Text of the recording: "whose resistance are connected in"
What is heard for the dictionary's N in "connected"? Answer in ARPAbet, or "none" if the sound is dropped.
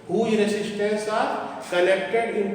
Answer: L